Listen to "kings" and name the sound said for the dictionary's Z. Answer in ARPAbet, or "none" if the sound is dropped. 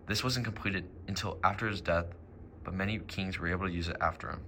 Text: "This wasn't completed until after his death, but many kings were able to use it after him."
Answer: Z